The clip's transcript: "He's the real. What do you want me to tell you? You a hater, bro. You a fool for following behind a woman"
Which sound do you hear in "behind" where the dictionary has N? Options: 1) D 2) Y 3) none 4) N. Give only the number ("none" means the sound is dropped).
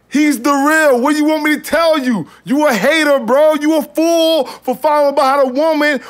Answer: 3